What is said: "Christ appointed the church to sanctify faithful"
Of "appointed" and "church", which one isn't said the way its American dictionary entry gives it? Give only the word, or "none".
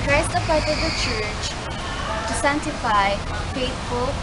appointed